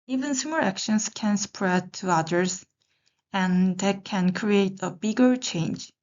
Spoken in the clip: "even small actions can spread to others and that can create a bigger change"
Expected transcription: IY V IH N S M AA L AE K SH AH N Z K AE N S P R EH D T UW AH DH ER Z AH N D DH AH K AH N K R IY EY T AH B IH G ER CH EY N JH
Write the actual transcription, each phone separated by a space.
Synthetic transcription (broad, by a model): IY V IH N S EH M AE K SH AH N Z K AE N S P R EH D T UW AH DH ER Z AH N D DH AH K AH N K R IY EY T AH B IH G ER CH EY N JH